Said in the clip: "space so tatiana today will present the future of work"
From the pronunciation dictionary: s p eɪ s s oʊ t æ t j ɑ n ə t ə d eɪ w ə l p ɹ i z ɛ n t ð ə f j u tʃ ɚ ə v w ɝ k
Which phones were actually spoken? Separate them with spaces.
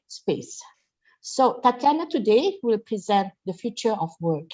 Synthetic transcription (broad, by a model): s p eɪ s s oʊ t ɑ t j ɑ n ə t ə d eɪ w ə l p ɹ i z ɛ n t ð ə f j u tʃ ɚ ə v w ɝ k